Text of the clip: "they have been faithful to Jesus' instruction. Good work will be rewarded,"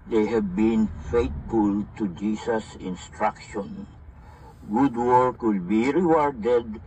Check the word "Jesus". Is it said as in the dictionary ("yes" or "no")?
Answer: no